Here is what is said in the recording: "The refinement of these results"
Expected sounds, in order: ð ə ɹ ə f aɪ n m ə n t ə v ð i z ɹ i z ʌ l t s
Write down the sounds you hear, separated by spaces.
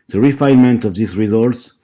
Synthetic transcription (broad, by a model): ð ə ɹ ə f aɪ n m ə n t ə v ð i s ɹ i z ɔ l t s